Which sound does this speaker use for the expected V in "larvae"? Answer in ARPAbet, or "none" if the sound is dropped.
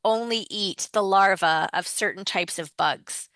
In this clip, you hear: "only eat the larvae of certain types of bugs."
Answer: V